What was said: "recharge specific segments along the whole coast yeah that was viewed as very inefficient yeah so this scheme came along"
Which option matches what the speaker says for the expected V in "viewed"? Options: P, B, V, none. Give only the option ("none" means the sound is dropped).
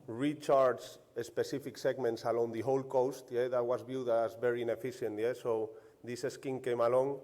B